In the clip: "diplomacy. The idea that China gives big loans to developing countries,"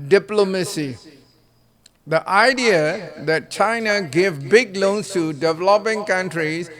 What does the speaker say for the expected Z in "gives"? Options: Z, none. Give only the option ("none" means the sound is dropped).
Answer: none